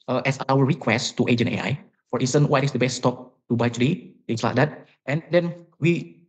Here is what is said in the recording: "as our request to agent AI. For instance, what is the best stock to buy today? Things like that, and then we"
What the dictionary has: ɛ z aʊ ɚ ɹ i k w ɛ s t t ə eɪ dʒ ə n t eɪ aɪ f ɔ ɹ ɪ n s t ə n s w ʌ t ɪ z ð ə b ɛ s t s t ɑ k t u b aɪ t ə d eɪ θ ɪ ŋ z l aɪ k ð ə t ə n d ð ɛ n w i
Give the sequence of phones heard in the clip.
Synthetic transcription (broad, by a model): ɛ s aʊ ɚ ɹ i k w ɛ s t t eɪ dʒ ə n eɪ aɪ f ɔ ɹ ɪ n s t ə n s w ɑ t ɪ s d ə b ɛ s s t ɑ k t u b aɪ t ə d eɪ t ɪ ŋ s l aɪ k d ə t ə n d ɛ n w i